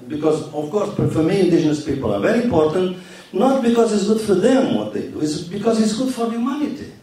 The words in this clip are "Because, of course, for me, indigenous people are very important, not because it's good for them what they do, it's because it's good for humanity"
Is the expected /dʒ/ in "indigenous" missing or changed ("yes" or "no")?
yes